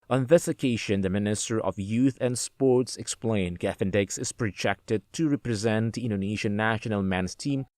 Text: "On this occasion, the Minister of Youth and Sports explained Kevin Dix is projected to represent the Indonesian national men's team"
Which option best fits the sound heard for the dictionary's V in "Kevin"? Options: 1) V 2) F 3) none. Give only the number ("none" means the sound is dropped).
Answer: 2